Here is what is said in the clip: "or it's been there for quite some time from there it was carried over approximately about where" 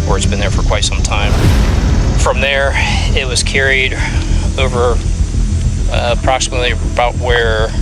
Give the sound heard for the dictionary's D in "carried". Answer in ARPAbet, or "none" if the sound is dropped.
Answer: D